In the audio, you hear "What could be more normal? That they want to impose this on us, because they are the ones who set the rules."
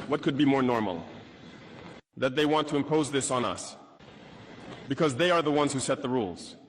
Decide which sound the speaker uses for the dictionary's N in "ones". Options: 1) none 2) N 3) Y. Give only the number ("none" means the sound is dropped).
2